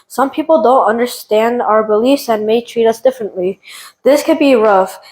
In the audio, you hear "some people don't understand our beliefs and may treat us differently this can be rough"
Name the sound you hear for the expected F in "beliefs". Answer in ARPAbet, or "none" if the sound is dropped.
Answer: F